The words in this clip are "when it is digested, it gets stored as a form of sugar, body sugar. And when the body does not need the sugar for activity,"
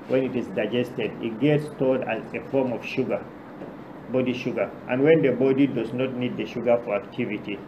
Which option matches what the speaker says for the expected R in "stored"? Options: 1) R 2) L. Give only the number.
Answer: 2